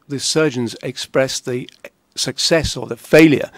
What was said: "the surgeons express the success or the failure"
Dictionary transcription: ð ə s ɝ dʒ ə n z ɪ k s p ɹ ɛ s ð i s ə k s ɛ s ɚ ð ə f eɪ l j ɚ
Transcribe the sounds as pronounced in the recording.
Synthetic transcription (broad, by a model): ð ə s ɝ dʒ ə n z ɪ k s p ɹ ɛ s ð i s ə k s ɛ s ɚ ð ə f eɪ l j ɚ